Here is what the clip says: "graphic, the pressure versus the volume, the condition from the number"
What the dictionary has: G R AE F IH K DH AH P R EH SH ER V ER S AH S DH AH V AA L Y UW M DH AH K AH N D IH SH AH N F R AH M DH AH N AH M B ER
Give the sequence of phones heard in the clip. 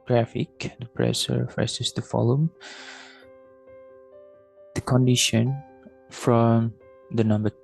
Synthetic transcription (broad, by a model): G R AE F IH K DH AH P R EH S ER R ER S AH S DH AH F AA L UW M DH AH K AH N D IH SH AH N F R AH M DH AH N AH M B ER